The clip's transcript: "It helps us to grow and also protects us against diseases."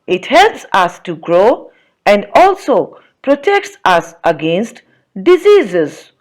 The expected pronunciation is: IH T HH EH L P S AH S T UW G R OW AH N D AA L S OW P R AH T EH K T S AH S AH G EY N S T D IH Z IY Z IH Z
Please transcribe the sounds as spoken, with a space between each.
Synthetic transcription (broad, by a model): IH T HH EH L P S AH S T UW G R OW AH N D AA L S OW P R AH T EH K T S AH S AH G EY N S T D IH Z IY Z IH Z